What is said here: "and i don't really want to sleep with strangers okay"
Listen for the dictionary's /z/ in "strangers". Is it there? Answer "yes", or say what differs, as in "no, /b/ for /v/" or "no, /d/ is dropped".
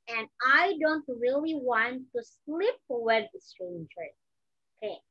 no, /z/ is dropped